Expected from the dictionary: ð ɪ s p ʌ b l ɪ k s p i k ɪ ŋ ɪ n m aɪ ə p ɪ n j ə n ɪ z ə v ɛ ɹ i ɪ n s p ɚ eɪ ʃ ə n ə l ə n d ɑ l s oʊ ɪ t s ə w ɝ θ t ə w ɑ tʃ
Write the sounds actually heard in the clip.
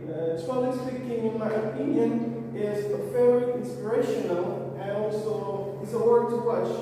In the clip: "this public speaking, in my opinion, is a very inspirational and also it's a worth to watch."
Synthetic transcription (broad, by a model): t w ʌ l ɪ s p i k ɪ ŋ ɪ n m aɪ ə p ɪ n j ə n ɪ z ə f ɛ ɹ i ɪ n s p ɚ eɪ ʃ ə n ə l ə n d ɑ l s oʊ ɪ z ə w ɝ t ə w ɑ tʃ